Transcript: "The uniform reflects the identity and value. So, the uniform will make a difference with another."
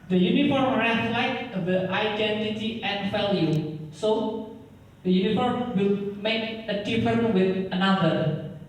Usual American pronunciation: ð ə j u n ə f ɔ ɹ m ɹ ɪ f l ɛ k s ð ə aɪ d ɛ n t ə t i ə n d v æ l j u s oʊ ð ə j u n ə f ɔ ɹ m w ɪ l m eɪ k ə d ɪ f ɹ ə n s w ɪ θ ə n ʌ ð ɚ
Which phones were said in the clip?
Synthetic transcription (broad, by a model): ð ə j u n ə f ɔ ɹ m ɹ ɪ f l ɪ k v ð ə aɪ d ɛ n t ə t i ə n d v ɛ l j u s oʊ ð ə j u n ə f ɔ ɹ m w ɪ l m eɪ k ə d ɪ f ə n w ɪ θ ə n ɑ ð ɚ